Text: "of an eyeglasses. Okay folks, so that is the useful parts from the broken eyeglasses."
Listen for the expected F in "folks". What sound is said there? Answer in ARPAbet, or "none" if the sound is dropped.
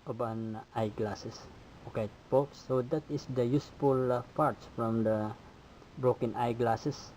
P